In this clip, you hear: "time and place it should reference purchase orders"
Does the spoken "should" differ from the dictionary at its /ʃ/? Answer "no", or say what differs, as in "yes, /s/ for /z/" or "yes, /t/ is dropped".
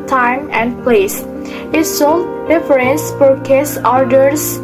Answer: yes, /s/ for /ʃ/